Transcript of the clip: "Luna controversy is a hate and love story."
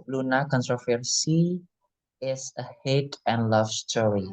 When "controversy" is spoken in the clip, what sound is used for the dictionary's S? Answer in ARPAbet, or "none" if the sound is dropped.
S